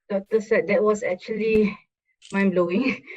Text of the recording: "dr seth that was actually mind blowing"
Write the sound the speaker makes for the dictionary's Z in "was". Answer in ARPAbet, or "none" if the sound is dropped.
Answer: S